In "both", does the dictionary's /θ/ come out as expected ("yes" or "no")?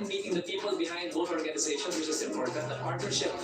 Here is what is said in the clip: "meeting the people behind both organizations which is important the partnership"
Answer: no